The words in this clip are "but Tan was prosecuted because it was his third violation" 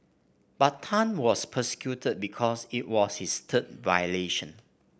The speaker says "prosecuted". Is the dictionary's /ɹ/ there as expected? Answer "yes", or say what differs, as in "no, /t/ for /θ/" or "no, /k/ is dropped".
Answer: no, /ɹ/ is dropped